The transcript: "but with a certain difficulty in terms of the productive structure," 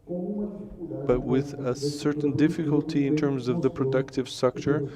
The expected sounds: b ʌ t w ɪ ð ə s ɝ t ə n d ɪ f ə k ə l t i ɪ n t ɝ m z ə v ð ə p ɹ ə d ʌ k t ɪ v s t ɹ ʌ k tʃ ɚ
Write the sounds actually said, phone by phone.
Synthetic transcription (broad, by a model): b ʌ t w ɪ ð ə s ɝ t n d ɪ f ə k ə l t i ɪ n t ɝ m z ə v ð ə p ɹ ə d ʌ k t ɪ v s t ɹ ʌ k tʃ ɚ